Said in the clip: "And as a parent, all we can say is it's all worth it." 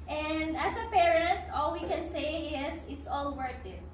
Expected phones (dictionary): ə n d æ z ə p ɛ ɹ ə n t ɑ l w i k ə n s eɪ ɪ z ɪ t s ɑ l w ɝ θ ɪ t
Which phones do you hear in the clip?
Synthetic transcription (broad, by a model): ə n d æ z ə p ɛ ɹ ə n t ɑ l w i k ə n s eɪ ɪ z ɪ t s ɑ l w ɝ t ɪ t